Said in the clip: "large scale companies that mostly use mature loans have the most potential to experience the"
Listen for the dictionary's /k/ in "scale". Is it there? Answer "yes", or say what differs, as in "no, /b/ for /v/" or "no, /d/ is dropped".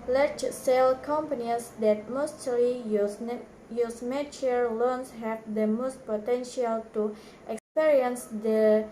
no, /k/ is dropped